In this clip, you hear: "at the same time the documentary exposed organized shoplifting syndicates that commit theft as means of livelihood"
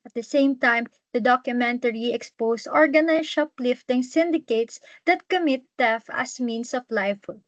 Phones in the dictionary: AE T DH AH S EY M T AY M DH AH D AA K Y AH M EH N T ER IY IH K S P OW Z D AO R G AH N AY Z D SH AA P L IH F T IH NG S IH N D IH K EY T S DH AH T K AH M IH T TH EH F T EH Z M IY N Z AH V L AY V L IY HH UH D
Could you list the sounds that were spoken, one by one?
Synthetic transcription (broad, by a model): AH T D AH S EY M T AY M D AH D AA K Y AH M EH N T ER IY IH K S P OW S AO R G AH N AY SH AA P L IH F T IH NG S IH N D IH K EY T S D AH T K AH M IH T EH F AH S M IY N S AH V L AY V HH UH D